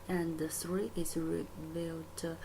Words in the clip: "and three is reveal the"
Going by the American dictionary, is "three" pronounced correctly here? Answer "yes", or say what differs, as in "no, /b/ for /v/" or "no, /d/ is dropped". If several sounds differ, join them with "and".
no, /s/ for /θ/